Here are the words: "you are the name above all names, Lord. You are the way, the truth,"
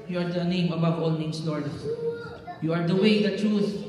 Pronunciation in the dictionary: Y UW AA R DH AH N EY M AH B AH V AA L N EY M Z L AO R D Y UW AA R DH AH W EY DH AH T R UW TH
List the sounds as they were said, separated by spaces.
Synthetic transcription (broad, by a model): Y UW AA R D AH N EY M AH B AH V AA L N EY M S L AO R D Y UW AA R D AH W EY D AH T R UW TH